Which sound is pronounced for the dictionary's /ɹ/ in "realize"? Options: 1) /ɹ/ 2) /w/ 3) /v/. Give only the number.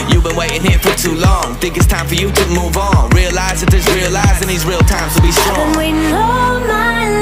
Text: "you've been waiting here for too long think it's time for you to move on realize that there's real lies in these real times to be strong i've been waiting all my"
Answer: 1